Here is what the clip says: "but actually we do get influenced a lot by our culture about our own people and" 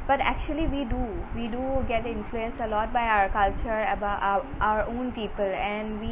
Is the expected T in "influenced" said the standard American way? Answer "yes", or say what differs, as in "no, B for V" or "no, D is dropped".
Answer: no, T is dropped